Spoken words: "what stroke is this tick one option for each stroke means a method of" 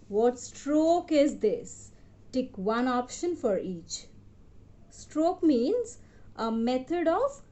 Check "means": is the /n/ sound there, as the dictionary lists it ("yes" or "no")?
yes